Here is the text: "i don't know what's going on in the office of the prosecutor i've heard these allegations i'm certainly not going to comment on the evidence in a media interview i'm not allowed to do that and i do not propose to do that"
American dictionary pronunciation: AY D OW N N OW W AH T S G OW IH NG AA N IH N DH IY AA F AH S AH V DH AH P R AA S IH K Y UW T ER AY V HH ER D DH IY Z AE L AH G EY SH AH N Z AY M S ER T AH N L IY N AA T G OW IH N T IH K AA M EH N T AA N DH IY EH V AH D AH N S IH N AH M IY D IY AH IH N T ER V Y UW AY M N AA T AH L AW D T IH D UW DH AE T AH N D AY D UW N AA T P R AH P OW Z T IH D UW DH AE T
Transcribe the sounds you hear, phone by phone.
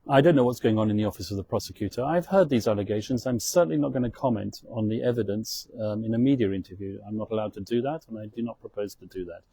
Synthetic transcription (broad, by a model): AY D OW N N OW W AH T S G OW IH NG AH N IH N DH IY AA F AH S AH V DH AH P R AA S IH K Y UW T ER AY V HH ER D DH IY Z AE L AH G EY SH AH N Z AY M S ER T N L IY N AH T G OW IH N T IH K AA M EH N T N DH IY EH V AH D AH N S IH N AH M IY D IY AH IH N T ER V Y UW AY M N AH T AH L AW D T IH D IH DH AE T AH N AY D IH N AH T P R AH P OW Z T IH D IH DH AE T